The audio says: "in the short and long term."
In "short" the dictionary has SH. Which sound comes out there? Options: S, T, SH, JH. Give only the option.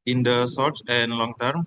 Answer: S